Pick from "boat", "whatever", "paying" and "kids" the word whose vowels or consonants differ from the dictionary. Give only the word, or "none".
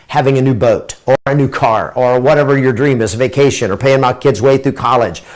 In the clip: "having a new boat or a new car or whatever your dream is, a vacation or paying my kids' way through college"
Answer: none